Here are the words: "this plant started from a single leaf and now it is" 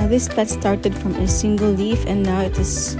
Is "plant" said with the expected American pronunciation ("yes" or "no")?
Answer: no